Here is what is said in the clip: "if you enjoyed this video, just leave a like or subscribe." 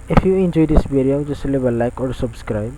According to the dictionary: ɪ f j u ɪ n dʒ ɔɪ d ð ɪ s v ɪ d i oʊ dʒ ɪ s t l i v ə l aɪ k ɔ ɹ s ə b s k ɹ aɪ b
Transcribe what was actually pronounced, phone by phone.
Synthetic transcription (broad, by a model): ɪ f j u ɪ n dʒ ɔɪ d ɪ s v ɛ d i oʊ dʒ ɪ s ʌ l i b ə l aɪ k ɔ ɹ s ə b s k ɹ aɪ b